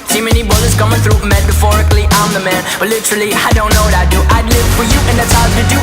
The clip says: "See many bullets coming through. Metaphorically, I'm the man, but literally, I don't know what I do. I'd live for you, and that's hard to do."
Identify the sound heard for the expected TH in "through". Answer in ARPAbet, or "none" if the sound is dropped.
TH